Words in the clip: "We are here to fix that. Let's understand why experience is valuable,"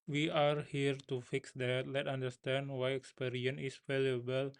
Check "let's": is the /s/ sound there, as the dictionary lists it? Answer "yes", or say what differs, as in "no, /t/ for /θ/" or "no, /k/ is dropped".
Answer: no, /s/ is dropped